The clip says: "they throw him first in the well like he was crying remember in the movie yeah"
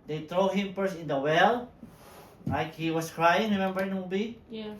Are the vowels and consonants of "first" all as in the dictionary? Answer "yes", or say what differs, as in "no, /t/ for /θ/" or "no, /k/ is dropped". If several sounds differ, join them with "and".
no, /t/ is dropped